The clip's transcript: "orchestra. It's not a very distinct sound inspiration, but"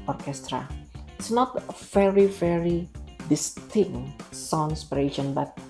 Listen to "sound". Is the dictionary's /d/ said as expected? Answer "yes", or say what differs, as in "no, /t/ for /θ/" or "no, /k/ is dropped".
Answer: no, /d/ is dropped